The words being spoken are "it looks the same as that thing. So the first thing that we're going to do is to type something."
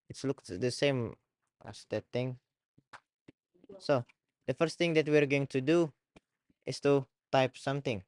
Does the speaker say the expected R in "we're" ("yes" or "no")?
yes